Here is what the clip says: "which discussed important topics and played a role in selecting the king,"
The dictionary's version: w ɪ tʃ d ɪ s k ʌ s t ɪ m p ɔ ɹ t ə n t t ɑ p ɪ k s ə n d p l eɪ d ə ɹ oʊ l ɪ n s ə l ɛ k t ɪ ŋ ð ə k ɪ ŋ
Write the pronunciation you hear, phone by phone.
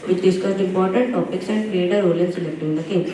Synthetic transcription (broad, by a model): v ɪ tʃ d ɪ s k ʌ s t ɪ m p ɔ ɹ t ə n t t ɑ p ɪ k s ə n d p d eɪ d ə ɹ oʊ l ɪ n s ə l ɛ k t ɪ ŋ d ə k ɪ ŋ